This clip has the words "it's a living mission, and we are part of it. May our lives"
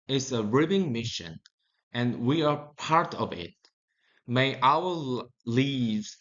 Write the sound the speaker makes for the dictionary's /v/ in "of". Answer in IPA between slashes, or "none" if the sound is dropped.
/v/